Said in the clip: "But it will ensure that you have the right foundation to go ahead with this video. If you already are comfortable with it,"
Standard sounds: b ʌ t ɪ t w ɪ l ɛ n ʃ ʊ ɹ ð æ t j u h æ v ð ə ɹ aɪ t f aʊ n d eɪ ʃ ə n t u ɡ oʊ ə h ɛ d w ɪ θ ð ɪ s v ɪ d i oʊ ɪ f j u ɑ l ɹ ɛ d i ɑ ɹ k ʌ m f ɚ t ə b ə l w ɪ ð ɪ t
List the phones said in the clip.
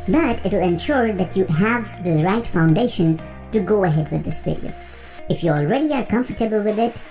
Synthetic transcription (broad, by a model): b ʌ t ɪ t w ɪ l ɛ n ʃ ʊ ɹ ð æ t j u h æ v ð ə ɹ aɪ t f aʊ n d eɪ ʃ ə n t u ɡ oʊ ə h ɛ d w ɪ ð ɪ s f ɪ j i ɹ ɪ f j u ɑ l ɹ ɛ d i ɑ ɹ k ʌ m f ɚ t ə b ə l w ɪ ð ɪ t